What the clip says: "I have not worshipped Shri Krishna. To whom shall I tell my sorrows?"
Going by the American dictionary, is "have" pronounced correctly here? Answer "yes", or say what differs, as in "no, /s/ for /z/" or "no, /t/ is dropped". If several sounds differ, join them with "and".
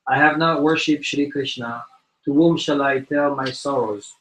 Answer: yes